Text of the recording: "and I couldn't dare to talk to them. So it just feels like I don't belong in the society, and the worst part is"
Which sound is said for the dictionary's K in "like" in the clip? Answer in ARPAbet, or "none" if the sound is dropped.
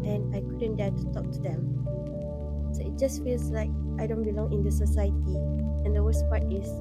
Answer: K